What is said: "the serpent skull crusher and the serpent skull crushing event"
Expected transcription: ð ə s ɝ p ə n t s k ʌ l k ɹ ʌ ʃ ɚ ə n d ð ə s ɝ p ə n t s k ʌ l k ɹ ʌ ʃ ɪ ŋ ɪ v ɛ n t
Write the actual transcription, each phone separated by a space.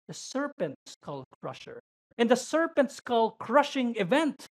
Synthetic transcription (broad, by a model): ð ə s ɝ p ə n t s k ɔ l k ɹ ʌ ʃ ɚ ə n d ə s ɝ p ə n t s k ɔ l k ɹ ʌ ʃ ɪ ŋ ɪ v ɛ n t